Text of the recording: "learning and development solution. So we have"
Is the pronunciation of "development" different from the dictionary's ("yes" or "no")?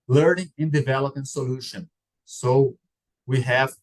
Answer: yes